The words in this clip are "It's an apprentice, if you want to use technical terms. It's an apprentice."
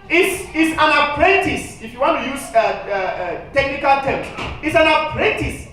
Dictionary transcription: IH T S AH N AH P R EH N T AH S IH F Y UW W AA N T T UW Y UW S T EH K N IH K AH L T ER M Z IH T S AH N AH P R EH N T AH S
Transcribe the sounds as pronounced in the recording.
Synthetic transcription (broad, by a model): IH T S AH N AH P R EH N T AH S IH F Y UW W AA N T T UW Y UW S T EH K N IH K AH L T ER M IH T S AH N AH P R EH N T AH S